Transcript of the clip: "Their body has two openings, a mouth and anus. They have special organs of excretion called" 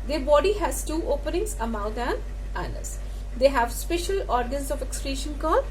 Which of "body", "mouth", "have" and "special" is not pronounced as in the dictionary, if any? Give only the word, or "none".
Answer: mouth